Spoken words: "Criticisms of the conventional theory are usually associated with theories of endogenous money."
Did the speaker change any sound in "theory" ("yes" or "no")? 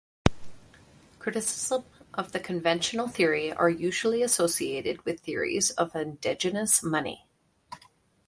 no